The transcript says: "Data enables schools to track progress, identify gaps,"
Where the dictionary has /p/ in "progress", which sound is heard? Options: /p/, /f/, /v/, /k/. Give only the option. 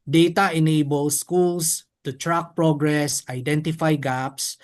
/p/